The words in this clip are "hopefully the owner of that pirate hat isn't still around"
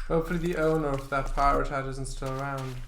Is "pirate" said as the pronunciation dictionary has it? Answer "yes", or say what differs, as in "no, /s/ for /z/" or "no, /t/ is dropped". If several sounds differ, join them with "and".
yes